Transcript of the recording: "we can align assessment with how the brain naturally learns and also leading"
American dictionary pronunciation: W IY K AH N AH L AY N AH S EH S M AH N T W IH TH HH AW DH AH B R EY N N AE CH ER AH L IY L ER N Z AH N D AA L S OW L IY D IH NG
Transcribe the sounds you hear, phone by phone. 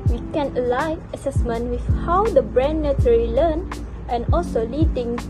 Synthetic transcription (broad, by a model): W IY K AH N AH L AY AH S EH S M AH N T W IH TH HH AW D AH B R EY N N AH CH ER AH L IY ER N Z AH N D AA L S OW L IY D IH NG